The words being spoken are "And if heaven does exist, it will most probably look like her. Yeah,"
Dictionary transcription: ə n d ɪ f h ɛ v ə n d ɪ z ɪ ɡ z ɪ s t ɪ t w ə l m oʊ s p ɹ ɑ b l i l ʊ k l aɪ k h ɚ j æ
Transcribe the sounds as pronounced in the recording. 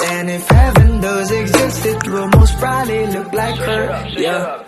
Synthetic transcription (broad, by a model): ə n ɪ f h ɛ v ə n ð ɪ z ɪ ɡ z ɪ s t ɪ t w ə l m oʊ s b ɹ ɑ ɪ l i l ʊ k l aɪ k h ɚ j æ